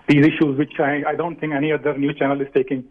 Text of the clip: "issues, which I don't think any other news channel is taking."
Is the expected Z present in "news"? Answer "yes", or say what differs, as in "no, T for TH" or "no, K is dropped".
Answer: no, Z is dropped